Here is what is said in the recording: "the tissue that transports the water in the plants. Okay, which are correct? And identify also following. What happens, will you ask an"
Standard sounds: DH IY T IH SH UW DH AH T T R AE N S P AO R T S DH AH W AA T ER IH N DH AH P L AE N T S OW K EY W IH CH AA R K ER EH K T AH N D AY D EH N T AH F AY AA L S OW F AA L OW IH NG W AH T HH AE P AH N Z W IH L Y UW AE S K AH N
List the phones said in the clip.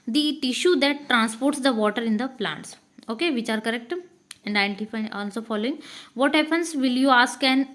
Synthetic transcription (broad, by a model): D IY T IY SH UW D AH T T R AE N S P AO R T S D AH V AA T ER IH N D AH P L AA N T S OW K EY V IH CH AA R K ER EH K T AH N D AY D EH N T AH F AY AA L S OW F AA L OW IH NG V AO T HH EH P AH N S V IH L Y UW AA S K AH N